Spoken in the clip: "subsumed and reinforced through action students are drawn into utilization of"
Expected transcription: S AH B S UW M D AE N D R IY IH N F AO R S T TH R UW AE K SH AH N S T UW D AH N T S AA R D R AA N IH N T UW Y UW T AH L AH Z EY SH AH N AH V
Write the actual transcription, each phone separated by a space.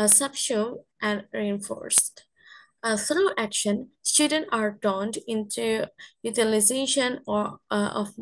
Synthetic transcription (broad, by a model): S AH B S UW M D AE N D R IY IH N F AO R S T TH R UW AE K SH AH N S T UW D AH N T AA R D AA N IH N T UW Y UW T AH L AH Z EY SH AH N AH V